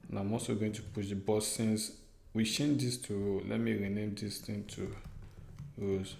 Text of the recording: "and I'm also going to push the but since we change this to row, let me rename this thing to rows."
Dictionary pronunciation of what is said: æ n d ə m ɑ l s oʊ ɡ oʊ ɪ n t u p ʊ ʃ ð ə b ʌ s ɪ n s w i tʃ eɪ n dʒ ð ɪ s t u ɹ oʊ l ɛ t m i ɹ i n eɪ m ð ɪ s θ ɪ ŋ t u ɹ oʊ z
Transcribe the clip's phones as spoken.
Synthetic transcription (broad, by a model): n ə m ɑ s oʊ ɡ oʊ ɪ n t u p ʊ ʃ b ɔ s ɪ n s w i ʃ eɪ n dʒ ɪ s t u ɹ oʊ l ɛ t m i ɹ i n eɪ m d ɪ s t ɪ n t u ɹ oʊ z